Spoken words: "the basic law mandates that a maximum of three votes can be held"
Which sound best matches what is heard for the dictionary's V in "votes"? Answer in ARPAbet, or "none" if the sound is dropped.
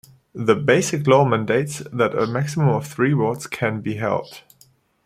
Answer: W